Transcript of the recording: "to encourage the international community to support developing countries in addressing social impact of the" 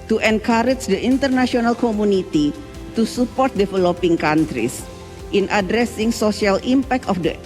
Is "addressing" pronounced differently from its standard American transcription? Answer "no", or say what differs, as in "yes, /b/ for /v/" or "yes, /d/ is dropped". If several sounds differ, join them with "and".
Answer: no